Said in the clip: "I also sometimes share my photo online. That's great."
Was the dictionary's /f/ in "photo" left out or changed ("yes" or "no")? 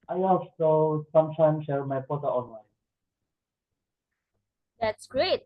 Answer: yes